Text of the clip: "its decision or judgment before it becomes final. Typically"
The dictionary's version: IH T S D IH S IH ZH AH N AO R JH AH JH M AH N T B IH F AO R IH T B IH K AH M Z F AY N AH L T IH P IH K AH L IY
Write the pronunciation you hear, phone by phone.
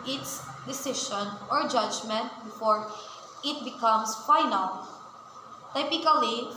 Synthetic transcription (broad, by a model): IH T S D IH S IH SH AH N AO R JH AH JH M AH N T B IH F AO R IH T B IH K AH M S F AY N AH L T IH P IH K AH L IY